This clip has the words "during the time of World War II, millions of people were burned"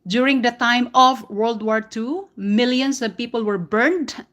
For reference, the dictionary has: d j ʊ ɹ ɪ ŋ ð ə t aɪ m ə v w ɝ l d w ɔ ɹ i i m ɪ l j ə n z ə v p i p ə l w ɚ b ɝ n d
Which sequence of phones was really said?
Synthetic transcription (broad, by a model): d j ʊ ɹ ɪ ŋ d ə t aɪ m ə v w ɝ l d w ɔ ɹ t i m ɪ l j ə n s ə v p i p ə l w ɚ b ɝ n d